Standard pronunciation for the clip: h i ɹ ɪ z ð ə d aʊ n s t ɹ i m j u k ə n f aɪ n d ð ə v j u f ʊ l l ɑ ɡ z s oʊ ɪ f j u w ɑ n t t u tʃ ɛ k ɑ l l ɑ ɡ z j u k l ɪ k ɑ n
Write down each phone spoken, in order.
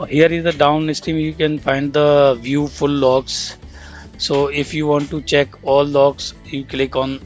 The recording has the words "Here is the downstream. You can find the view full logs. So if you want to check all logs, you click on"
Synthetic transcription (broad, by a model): h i ɹ ɪ z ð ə d aʊ n s t i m j u k ə n f aɪ n d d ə v j u f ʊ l l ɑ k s s oʊ ɪ f j u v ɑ n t t u tʃ ɛ k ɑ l l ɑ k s j u k l ɪ k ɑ n